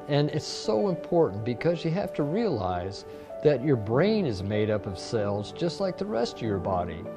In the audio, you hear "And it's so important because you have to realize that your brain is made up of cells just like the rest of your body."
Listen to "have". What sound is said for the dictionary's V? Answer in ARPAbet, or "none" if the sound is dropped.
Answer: F